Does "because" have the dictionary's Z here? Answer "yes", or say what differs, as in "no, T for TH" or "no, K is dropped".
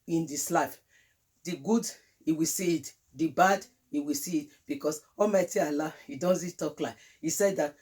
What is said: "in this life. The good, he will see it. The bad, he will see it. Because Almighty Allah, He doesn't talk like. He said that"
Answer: no, S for Z